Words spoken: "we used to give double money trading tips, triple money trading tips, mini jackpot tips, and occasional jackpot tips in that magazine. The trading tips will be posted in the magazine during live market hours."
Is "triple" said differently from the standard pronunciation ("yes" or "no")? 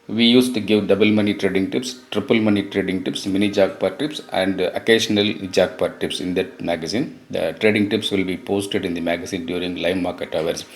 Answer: no